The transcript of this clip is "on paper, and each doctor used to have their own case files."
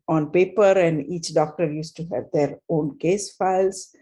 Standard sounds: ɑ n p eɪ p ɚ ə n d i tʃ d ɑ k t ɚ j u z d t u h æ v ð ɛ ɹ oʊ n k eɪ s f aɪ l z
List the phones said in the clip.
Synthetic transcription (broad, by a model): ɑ n p eɪ p ɚ ə n d i tʃ d ɑ k t ɚ j u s t u h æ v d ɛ ɹ oʊ n k eɪ s f aɪ l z